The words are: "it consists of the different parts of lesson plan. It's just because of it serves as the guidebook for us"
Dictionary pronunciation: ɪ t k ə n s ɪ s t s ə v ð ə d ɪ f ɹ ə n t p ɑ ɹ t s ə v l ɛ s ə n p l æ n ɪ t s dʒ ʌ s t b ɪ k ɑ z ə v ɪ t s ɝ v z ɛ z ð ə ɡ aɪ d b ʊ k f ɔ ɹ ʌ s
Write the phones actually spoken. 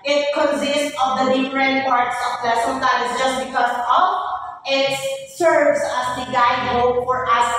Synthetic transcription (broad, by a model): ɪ t k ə n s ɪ s t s ə v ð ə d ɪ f ɹ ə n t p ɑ ɹ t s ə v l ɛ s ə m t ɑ ɪ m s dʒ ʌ s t b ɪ k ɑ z ə v ɪ t s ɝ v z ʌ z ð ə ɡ aɪ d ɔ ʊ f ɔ ɹ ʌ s